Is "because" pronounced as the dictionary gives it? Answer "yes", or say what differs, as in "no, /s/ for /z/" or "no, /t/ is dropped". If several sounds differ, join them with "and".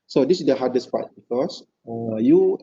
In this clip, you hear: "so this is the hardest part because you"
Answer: no, /s/ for /z/